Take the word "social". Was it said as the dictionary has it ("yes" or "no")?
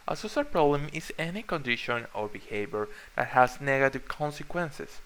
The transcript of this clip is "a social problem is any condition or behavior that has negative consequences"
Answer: no